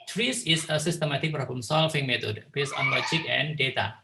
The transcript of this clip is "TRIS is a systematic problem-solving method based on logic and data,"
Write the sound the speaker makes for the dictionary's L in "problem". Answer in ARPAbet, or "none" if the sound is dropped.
none